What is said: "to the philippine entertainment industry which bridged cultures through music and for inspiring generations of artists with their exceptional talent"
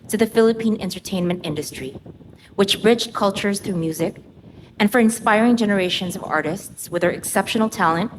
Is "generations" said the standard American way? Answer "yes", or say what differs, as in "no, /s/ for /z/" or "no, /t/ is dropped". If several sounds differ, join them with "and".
yes